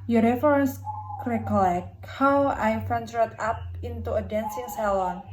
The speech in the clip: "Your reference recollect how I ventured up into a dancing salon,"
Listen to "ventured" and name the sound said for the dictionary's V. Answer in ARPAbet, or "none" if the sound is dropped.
F